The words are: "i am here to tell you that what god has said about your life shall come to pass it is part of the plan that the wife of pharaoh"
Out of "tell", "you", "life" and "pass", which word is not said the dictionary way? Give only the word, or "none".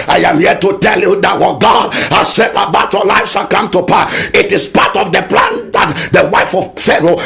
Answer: pass